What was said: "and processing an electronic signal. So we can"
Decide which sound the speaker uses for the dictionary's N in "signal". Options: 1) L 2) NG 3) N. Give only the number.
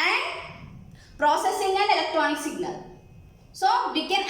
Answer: 1